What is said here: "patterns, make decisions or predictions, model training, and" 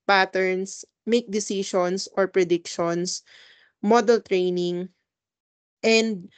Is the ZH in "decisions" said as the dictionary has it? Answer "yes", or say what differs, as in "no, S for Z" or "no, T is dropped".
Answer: no, SH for ZH